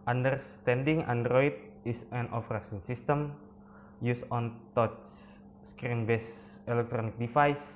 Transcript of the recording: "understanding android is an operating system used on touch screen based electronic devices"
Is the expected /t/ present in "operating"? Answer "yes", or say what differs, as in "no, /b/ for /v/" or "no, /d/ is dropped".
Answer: no, /s/ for /t/